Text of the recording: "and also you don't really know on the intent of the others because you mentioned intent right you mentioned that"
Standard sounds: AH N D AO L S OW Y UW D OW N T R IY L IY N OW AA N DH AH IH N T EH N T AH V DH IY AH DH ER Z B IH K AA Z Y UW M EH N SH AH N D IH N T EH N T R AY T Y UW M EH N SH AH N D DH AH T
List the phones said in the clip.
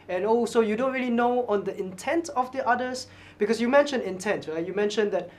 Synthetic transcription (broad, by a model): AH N AO S OW Y UW D OW N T R IY L IY N OW AA N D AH IH N T EH N T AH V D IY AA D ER S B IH K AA S Y UW M EH N SH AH N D IH N T EH N T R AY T Y UW M EH N SH AH N D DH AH T